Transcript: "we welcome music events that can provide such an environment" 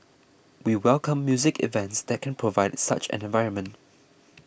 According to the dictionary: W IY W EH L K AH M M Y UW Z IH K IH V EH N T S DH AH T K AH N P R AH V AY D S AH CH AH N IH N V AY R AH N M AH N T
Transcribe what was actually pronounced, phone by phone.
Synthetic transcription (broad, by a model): W IY W EH L K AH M M Y UW Z IH K IH V EH N T S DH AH T K AH N P R AH V AY D S AH CH AH N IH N V AY R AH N M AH N T